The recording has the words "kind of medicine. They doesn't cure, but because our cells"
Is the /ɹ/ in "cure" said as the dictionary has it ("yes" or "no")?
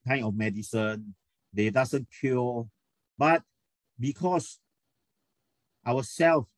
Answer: no